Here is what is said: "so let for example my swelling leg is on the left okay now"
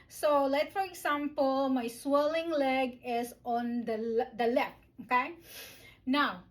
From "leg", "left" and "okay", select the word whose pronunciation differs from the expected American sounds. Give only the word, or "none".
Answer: left